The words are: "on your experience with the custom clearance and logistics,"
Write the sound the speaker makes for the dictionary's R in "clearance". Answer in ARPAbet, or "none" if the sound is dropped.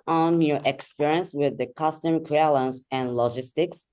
L